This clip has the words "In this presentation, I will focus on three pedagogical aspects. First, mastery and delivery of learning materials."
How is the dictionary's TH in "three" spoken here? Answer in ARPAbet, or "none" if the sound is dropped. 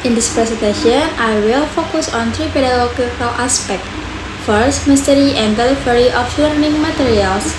T